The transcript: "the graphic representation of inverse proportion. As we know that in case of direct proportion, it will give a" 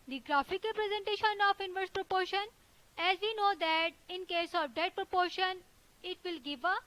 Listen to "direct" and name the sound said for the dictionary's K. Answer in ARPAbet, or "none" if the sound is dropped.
none